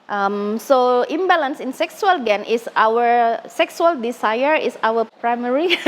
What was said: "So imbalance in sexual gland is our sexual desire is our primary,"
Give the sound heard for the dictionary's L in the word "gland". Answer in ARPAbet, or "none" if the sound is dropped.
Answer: none